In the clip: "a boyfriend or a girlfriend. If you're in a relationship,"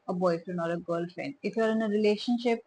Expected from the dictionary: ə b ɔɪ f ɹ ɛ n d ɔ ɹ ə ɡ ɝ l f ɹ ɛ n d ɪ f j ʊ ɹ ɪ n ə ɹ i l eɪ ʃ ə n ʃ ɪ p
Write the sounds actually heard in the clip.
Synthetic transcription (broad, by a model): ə b ɔɪ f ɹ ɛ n ɔ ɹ ə ɡ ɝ l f ɹ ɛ n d ɪ f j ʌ ɹ ɪ n ə ɹ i l eɪ ʃ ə n ʃ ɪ p